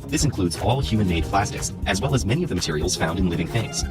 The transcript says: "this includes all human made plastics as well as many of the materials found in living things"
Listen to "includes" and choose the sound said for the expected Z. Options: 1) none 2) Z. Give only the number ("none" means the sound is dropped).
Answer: 2